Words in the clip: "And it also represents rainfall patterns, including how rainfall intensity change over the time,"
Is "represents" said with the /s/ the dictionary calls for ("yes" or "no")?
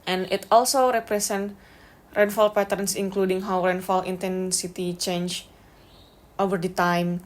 no